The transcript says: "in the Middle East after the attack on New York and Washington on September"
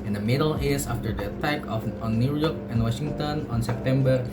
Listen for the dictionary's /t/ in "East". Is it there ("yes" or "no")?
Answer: no